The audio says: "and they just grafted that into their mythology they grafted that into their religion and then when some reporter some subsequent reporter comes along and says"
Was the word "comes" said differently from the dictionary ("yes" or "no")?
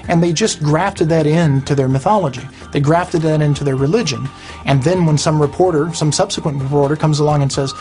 no